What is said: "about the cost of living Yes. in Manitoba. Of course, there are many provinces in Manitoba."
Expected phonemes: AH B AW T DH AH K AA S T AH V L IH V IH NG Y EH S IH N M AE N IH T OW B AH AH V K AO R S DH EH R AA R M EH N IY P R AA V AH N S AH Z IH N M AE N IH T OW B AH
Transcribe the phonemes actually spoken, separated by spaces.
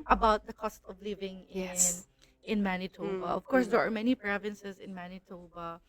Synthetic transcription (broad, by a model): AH B AW T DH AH K AA S T AH V L IH V IH NG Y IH IH N M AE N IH T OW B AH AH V K AO R S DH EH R AA R M EH N IY P R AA V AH N S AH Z IH N M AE N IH T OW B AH